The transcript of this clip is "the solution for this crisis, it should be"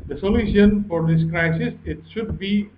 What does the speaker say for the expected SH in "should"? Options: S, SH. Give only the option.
SH